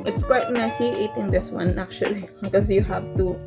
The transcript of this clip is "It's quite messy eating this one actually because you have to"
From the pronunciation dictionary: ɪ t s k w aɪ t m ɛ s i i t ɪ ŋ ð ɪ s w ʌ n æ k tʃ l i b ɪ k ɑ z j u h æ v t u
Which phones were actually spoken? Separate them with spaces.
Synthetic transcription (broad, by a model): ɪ t s k w aɪ t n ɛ s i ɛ t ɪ ŋ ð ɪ s w ʌ n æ k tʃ i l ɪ k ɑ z j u h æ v t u